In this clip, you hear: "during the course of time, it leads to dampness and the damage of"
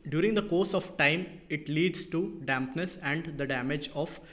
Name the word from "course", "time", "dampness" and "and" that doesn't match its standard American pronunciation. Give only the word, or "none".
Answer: none